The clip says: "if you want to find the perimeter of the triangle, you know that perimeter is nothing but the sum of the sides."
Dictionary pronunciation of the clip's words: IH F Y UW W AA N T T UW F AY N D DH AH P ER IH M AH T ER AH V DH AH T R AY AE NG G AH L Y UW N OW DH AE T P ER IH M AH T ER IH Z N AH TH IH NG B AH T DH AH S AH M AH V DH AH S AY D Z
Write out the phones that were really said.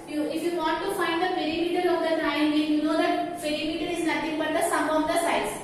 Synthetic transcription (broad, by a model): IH F Y UW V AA N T T UW F AY N D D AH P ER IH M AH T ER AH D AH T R AY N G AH N Y UW N OW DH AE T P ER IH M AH T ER IH Z N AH T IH NG B AH T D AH S AH M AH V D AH S AY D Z